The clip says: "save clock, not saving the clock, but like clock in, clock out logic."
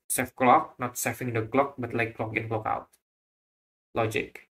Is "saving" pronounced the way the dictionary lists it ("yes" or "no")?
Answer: no